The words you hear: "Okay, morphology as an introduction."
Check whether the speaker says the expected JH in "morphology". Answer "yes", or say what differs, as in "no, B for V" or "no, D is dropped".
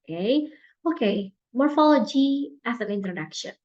yes